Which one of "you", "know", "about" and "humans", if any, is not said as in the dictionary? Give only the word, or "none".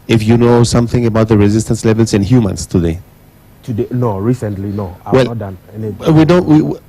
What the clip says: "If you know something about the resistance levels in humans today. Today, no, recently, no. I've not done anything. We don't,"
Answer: humans